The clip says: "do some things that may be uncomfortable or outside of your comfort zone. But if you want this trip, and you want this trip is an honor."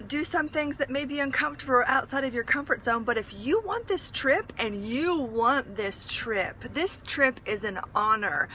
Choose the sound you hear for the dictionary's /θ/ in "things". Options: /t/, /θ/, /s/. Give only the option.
/θ/